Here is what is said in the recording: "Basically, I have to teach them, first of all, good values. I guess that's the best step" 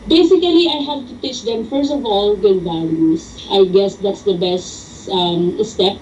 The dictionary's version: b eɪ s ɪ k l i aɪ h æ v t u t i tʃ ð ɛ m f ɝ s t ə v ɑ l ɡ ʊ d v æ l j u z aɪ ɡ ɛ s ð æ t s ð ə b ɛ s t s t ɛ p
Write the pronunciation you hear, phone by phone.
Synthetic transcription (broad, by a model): b eɪ s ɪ k l i aɪ h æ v t u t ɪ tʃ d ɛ m f ɝ s t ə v ɑ l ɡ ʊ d b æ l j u s aɪ ɡ ɛ s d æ t s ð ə b ɛ s t s t ɛ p